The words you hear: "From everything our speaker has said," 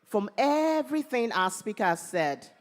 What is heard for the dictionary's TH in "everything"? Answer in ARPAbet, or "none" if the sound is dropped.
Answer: TH